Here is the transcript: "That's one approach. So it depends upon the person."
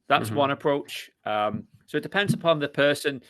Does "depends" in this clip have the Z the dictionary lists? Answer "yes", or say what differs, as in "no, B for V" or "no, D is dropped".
yes